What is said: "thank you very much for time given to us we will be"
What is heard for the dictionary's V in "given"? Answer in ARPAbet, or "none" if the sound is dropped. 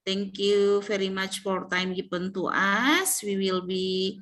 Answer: P